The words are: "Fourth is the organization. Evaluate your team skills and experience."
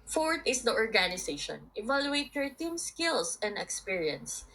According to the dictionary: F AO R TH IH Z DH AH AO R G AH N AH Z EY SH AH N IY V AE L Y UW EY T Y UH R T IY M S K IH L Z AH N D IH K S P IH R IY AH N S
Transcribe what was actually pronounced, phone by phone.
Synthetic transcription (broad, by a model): F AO R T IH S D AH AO R G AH N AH S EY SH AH N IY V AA L Y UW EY T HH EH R T IY M S K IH L S AH N D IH K S P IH R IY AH N S